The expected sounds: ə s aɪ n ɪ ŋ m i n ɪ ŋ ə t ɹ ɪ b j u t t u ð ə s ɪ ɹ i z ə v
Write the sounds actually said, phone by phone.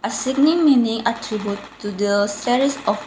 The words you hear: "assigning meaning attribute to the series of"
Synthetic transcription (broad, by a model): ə s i n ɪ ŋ m i n ɪ ŋ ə t ɹ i b j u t t u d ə s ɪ ɹ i s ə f